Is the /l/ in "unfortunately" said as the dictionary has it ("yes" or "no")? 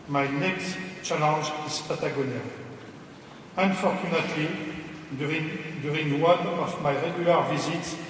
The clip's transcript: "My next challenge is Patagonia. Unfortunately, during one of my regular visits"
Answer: no